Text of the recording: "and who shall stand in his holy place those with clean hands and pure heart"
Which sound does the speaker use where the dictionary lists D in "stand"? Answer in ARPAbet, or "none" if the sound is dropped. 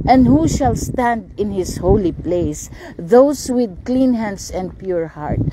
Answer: D